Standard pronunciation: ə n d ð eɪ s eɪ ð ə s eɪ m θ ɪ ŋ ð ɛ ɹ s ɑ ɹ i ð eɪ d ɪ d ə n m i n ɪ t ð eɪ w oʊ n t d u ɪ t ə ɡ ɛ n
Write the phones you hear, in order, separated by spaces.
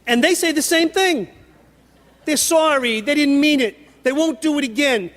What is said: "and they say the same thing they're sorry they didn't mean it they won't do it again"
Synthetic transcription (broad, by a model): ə n ð eɪ s eɪ ð ə s eɪ m θ ɪ ŋ ð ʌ ɹ s ɑ ɹ i ð eɪ d ɪ d n m i n ɪ t ð eɪ w oʊ n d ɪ ɪ t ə ɡ ɛ n